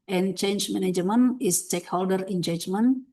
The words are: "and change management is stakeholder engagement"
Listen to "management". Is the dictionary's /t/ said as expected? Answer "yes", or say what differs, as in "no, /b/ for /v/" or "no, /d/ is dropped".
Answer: no, /t/ is dropped